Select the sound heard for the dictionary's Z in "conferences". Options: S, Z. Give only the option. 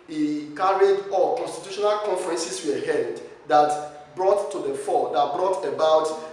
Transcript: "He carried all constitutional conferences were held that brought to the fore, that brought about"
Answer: S